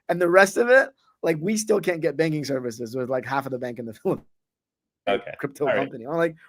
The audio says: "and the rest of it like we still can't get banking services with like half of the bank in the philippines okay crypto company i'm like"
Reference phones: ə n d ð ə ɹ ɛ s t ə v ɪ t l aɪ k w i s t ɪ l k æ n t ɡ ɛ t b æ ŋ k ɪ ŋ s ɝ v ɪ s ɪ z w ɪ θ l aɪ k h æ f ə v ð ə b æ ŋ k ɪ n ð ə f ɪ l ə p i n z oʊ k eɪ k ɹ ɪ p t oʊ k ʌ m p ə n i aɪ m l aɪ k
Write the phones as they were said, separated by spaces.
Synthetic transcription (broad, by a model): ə n ð ə ɹ ɛ s t ə v ɪ t l aɪ k w i s t ɪ l k æ n ɡ ɛ t b æ ŋ k ɪ ŋ s ɝ v ɪ s ɪ z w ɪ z l aɪ k h æ f ə v ð ə b æ ŋ k ɪ n ð ə f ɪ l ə ʊ k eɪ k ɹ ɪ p t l k ʌ m p ə n i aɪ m l aɪ k